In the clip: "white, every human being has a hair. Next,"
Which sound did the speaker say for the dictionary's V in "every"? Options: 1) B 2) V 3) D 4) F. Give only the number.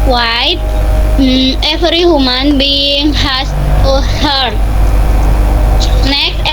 4